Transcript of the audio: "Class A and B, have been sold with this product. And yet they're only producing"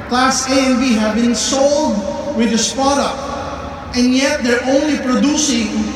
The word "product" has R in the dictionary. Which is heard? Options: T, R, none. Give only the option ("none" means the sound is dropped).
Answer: none